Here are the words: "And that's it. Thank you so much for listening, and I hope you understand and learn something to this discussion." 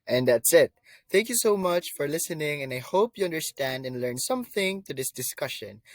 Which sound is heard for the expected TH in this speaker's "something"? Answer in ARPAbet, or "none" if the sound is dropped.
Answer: TH